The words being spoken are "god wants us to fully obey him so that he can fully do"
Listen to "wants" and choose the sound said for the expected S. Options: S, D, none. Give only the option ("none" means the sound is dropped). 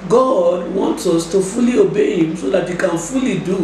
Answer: S